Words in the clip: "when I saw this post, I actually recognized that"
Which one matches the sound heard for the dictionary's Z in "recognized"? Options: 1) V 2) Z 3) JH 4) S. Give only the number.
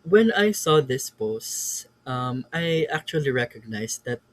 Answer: 4